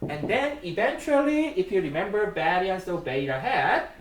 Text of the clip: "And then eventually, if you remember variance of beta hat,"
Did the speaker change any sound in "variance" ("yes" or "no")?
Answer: yes